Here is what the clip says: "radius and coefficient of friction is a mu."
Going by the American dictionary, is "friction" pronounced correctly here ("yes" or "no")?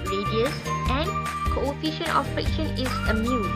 no